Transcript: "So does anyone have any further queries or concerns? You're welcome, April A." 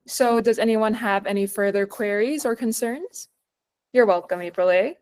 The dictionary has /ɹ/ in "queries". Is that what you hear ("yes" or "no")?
yes